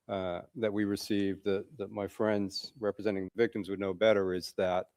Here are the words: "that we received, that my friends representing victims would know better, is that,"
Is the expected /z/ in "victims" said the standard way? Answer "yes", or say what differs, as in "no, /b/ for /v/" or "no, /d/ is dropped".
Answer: yes